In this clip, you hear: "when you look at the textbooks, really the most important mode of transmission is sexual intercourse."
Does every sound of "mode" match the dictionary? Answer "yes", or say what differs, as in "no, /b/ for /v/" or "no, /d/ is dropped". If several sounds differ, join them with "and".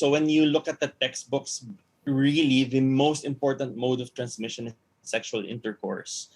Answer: yes